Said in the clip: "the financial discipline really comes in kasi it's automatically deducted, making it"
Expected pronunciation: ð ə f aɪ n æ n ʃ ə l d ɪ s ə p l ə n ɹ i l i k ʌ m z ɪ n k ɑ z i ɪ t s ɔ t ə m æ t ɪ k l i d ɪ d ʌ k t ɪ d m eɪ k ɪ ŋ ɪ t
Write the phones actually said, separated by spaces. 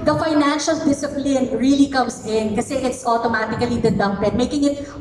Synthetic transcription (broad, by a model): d ə f aɪ n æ n ʃ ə l d ɪ s ə p l ə n ɹ i l i k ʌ m s ɪ n k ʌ s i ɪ t s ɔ t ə m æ t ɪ k l i d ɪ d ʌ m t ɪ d m eɪ k ɪ ŋ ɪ t